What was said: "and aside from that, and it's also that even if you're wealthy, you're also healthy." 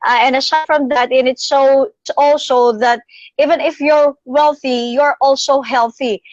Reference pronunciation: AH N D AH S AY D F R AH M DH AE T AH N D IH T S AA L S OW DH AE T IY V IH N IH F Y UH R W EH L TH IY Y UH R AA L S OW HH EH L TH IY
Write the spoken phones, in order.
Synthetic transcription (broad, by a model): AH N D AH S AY F R AH M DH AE T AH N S IH T S AA L S OW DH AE T IY V IH N IH F Y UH R W EH L TH IY Y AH R AA L S OW HH EH L TH IY